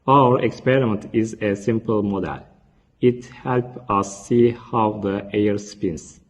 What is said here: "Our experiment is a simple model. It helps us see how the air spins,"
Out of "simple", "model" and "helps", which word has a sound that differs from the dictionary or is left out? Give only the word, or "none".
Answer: helps